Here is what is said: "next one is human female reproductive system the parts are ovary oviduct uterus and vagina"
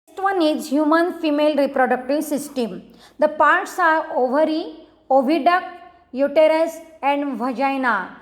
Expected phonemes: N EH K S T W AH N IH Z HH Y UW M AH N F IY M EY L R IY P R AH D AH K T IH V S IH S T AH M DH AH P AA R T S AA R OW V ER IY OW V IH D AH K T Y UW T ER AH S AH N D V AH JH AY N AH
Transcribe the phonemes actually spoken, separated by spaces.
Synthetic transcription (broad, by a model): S T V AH N IH Z HH Y UW M AH N F IY M EY L R IY P R AH D AH K T IH V S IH S T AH M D AH P AA R T S AA R OW V ER IY OW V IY D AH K Y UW T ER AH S AH N D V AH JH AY N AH